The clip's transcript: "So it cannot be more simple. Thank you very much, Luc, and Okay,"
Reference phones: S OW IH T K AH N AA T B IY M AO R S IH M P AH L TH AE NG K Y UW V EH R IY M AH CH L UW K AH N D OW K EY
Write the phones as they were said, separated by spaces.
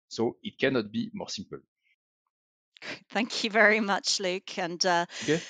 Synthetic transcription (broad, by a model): S OW IH T K AH N AA T B IY M AO R S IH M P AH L TH AE NG K Y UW V EH R IY M AH CH L UW K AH N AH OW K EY